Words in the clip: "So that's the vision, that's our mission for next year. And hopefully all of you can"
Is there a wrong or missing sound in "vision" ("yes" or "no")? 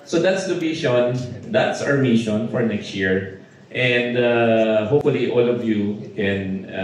yes